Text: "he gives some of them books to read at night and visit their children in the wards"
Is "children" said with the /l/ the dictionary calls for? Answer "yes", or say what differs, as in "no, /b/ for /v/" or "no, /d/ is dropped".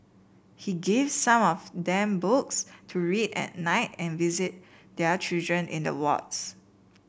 no, /l/ is dropped